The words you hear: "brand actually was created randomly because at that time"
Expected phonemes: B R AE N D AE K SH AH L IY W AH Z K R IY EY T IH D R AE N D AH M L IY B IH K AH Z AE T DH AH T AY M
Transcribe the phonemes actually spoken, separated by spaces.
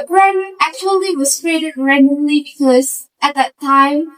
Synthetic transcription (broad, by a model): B R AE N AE K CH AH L IY W AH Z K R IY EY T IH D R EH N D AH L IY B IH K AH Z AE T DH AH T AY M